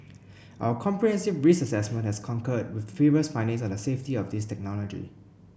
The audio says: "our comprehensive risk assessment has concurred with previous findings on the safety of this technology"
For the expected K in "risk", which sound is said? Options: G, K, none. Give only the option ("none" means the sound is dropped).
none